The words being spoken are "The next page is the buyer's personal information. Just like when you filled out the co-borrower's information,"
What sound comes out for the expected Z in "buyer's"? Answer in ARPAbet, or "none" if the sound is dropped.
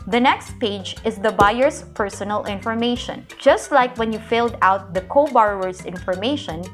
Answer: S